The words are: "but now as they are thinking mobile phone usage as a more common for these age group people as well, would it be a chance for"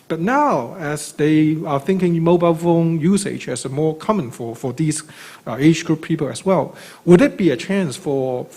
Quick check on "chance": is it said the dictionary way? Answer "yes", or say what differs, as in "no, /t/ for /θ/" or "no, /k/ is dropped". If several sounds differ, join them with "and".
yes